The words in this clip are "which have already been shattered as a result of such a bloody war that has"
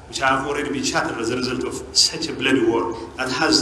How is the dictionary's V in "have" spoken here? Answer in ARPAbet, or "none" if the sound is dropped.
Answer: F